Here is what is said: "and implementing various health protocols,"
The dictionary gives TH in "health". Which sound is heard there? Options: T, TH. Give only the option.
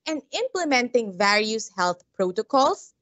T